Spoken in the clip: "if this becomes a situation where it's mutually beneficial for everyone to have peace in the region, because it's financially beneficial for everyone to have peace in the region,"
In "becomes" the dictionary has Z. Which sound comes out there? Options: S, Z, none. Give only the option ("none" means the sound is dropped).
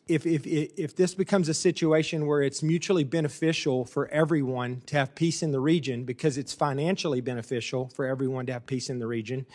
Z